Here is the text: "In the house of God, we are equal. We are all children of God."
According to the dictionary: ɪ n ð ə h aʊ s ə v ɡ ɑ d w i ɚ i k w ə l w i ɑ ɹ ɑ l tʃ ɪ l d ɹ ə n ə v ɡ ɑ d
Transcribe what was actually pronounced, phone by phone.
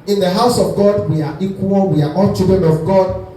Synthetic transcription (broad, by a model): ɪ n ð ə h aʊ s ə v ɡ ɑ d w i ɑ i k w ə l w i ɑ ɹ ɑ n tʃ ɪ d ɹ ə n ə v ɡ ɑ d